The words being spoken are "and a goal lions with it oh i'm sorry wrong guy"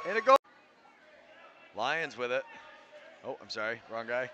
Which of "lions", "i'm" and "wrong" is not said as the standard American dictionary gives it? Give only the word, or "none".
none